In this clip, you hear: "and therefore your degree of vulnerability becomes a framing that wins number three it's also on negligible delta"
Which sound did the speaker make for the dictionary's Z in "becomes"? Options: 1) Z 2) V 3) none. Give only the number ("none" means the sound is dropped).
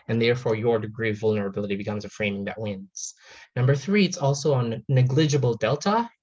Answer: 1